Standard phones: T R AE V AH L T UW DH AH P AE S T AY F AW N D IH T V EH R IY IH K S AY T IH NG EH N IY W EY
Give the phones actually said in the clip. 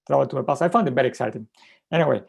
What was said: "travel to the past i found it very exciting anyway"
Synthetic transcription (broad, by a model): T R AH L T UW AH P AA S AY F AW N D IH T B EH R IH K S AY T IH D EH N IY W EY